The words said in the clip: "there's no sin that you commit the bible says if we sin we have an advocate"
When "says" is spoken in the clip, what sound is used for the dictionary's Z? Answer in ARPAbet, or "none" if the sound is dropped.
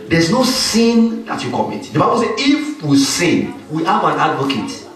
none